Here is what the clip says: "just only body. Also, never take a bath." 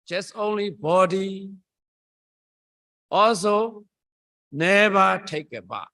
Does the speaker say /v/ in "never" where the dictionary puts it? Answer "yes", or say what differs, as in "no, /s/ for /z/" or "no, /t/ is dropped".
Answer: no, /b/ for /v/